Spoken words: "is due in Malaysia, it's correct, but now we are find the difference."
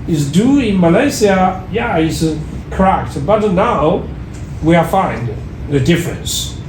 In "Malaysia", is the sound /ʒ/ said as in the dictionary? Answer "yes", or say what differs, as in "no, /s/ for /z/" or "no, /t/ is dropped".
no, /s/ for /ʒ/